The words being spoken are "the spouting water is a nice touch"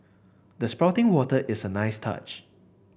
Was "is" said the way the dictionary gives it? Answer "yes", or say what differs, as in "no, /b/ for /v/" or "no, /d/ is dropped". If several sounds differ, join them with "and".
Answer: no, /s/ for /z/